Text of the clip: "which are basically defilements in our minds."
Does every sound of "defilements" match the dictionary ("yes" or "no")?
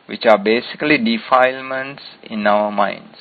yes